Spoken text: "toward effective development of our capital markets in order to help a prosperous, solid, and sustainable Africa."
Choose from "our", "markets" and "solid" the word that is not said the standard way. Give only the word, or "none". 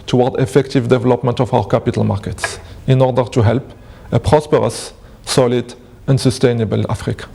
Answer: none